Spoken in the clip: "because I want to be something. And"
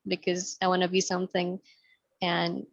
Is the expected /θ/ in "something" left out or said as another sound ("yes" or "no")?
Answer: no